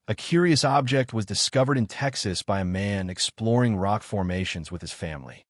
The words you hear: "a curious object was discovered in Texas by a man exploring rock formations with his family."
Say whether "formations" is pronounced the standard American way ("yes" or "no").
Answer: yes